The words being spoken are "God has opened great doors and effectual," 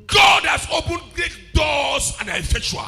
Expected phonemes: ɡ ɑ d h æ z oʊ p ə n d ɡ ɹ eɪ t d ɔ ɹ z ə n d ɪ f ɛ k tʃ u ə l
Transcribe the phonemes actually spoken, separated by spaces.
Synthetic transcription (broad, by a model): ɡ ɑ d h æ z oʊ p ə n d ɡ eɪ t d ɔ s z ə n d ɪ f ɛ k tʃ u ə